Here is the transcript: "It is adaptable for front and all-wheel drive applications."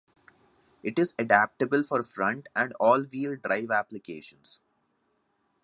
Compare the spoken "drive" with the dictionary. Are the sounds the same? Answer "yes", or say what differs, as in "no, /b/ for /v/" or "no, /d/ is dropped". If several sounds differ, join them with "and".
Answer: yes